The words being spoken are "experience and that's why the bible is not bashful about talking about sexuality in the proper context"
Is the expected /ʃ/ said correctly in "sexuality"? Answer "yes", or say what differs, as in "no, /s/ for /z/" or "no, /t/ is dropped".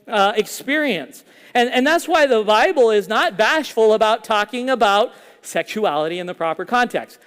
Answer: yes